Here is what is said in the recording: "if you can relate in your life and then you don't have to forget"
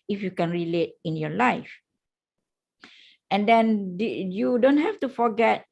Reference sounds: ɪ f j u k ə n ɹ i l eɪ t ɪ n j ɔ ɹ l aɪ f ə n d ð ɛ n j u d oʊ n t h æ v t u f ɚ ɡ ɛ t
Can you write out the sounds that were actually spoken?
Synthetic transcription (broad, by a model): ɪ f j u k ə n ɹ i l eɪ t ɪ n j ɔ l aɪ f ə n d ɛ n j u d oʊ n t h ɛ f t u f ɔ ɡ ɛ t